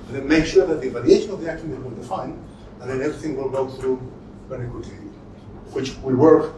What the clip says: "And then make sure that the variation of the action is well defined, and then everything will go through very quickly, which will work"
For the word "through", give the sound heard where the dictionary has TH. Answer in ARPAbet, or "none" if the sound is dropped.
TH